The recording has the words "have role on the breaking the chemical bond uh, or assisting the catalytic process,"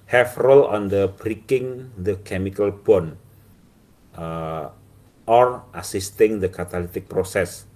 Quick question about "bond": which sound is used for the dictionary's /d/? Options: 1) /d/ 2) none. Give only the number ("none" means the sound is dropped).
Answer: 2